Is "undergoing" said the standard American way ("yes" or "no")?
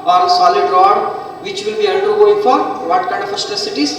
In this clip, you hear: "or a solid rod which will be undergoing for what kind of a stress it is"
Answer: no